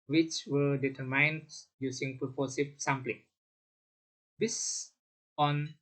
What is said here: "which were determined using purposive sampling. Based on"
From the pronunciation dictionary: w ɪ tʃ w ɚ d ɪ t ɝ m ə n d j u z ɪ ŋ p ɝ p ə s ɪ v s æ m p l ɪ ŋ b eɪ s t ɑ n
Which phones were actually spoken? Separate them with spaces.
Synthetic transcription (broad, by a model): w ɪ tʃ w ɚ d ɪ t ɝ m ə n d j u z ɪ ŋ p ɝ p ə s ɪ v s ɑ m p l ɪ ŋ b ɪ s ɑ n